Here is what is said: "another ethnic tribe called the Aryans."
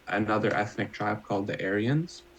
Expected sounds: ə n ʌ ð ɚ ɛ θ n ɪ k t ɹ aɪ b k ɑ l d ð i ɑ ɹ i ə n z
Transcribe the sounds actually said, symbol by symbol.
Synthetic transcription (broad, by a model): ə n ʌ ð ɚ ɛ θ n ɪ k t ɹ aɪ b k ɑ l d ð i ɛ ɹ i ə n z